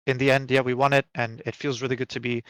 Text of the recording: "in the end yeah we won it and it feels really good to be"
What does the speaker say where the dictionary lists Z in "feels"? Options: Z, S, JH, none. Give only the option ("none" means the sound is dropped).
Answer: Z